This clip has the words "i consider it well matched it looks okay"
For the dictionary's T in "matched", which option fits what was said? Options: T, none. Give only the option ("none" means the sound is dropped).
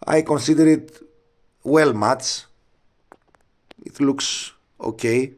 none